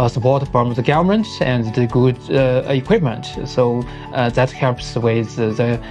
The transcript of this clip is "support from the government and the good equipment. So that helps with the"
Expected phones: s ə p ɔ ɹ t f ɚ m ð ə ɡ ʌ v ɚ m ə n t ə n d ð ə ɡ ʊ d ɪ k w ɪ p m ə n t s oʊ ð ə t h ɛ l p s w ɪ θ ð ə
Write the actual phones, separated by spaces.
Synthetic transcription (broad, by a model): s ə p ɔ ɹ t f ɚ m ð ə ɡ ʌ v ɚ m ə n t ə n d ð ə ɡ ʊ d ɪ k w ɪ p m ə n t s oʊ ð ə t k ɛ p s w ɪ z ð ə